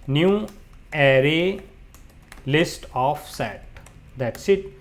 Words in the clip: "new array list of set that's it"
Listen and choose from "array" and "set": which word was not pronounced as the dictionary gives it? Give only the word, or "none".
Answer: none